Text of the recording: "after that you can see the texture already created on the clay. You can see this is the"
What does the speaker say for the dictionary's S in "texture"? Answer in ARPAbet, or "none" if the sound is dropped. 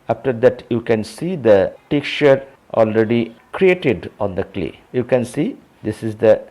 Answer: none